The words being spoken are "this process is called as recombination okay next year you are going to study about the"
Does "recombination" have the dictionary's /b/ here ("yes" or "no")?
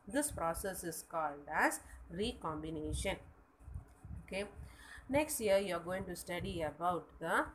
yes